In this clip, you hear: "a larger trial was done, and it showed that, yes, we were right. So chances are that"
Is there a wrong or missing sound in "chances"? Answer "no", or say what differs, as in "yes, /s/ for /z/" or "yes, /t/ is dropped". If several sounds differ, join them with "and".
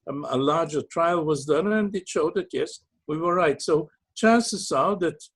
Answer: yes, /s/ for /z/